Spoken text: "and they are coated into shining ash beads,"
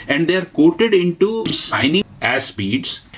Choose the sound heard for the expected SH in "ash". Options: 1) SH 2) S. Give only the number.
2